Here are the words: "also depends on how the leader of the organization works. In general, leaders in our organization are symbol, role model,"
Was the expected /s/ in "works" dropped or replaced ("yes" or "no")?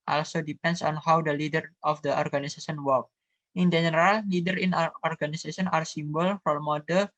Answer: yes